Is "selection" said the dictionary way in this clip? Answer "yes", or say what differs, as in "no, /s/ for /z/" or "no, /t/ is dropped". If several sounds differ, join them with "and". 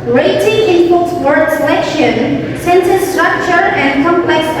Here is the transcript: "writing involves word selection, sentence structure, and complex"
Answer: yes